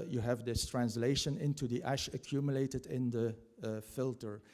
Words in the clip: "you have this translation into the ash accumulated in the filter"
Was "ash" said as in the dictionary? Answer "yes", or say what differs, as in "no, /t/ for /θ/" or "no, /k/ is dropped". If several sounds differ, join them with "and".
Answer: yes